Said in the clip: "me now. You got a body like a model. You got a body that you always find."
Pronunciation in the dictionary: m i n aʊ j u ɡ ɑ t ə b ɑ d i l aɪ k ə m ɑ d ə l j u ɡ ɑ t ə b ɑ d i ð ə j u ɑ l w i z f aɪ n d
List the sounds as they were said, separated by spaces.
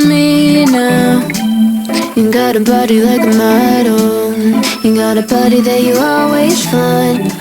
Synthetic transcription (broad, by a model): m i n aʊ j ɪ ɡ ɑ t ə b ɑ d i l aɪ k ə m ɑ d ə n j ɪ ɡ ɑ t ə b ɑ d i ð ə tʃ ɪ ɑ l w i z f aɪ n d